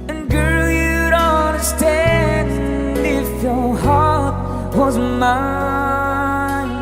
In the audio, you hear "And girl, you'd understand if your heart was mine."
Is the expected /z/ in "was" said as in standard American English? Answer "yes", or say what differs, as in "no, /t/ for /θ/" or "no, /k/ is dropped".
yes